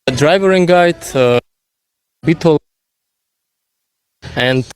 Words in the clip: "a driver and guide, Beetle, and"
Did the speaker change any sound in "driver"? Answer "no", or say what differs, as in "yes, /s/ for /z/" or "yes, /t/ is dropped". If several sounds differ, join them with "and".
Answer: no